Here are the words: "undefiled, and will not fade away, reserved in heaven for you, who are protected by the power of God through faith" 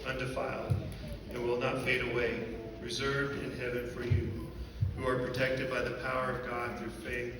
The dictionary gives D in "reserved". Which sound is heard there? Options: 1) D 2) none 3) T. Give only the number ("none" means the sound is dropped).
1